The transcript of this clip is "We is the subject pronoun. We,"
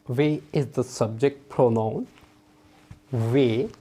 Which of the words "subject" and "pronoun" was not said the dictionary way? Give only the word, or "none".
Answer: none